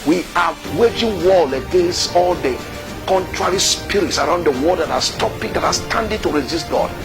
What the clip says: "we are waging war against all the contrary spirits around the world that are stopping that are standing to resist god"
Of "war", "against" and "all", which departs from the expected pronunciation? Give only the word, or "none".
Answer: war